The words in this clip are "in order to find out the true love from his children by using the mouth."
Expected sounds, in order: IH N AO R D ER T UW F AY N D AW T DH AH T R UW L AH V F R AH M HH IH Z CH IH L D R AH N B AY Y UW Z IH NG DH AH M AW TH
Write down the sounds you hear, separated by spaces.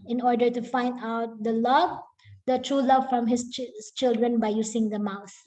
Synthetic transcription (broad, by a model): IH N AO R D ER T UW F AY N D AW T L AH T R UW L AH V F R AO M HH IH S CH IH L D R AH N B AY Y UW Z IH NG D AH M AW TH